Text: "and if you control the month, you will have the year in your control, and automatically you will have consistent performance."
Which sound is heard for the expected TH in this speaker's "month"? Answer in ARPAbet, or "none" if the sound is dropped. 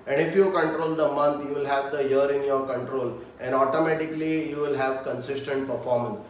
T